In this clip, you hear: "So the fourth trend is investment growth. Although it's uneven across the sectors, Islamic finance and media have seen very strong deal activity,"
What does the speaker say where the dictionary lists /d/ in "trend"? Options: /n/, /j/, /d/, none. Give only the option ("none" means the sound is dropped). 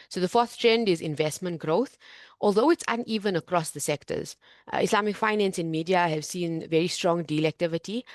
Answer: /d/